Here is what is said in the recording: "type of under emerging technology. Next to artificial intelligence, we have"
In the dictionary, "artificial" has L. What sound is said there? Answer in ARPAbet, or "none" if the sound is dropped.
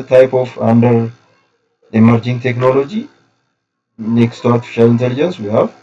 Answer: L